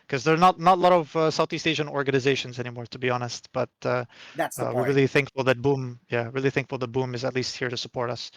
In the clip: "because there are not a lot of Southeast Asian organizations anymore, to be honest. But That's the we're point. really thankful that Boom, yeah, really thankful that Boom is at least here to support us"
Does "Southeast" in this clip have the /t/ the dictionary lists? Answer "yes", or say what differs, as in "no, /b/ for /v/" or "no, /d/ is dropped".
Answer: yes